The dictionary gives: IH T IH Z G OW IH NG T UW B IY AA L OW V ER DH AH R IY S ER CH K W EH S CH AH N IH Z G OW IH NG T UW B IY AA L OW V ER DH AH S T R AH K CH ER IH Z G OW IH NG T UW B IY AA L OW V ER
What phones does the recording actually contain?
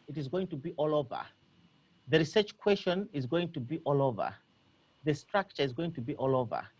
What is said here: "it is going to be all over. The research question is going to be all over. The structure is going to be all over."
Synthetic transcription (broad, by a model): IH T IH Z G OW IH NG T UW B IY AA L OW V ER DH AH R IY S ER CH K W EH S SH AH N IH Z G OW IH NG T UW B IY AA L OW V ER DH AH S T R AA K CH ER IH Z G OW IH NG T UW B IY AA L OW V ER